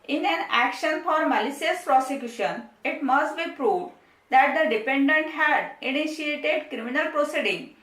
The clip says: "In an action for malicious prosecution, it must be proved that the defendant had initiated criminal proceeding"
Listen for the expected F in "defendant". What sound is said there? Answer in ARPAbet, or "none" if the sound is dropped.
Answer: P